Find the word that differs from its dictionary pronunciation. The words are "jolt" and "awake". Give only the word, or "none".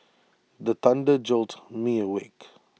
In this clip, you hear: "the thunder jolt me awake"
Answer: none